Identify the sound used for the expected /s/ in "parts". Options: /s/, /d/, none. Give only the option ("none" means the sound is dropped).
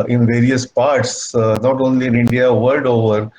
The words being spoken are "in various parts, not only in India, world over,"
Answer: /s/